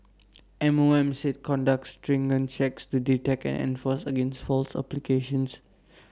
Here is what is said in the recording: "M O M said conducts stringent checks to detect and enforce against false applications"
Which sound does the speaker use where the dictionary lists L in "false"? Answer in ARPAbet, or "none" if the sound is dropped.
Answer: L